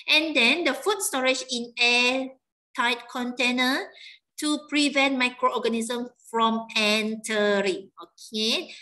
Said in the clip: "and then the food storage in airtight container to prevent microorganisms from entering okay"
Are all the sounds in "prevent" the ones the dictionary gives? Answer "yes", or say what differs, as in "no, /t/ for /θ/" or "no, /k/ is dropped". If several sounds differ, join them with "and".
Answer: yes